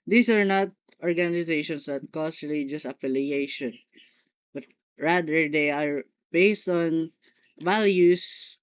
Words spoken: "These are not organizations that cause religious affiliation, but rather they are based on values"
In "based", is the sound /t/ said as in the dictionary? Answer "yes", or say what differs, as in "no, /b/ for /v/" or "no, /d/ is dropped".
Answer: yes